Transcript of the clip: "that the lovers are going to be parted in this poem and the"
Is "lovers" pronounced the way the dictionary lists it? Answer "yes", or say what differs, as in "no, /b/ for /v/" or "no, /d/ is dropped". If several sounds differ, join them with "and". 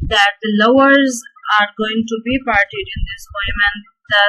no, /w/ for /v/